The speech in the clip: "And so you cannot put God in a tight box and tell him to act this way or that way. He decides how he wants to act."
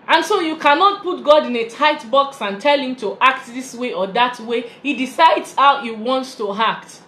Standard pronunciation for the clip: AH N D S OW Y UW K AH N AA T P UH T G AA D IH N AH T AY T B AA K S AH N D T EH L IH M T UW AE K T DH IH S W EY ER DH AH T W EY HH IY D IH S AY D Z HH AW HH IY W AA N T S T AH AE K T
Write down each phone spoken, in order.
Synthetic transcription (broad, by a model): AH N S OW Y UW K AH N AA T P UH T G AA D IH N AH T AY T B AA K S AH N T EH L IH M T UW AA K T DH IH S W EY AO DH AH T W EY HH IY D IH S AY D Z HH AW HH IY W AA N T S T AH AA K T